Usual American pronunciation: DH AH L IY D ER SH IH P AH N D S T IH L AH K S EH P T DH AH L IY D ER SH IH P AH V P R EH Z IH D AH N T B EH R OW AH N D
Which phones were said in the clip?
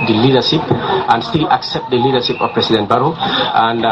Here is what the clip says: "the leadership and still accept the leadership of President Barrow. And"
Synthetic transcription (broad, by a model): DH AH L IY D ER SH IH P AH N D S T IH L AH K S EH P T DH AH L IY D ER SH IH P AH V P R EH S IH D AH N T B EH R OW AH N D